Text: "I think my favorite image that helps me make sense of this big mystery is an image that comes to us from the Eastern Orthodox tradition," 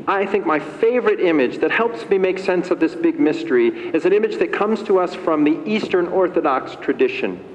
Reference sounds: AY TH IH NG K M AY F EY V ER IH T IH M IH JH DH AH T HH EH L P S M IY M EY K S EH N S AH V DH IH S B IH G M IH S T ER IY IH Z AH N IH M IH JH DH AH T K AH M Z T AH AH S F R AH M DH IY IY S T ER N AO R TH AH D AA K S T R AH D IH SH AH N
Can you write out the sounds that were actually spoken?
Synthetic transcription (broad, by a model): AY TH IH NG K M AY F EY V ER IH T IH M IH JH DH AH T HH EH L P S M IY M EY K S EH N S AH V DH IH S B IH G M IH S T ER IY IH Z AH N IH M IH JH DH AH T K AH M Z T AH AH S F R AH M DH IY IY S T ER N AO R TH AH D AA K S T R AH D IH SH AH N